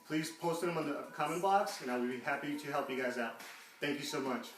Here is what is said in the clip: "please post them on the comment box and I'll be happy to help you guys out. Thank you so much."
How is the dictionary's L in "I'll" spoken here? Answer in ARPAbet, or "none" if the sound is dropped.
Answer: W